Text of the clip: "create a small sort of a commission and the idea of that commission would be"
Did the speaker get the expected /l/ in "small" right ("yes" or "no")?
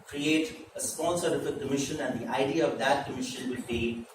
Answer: no